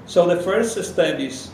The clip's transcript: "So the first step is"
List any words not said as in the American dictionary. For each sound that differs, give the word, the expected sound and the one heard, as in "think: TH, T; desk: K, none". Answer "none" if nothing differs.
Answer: step: P, none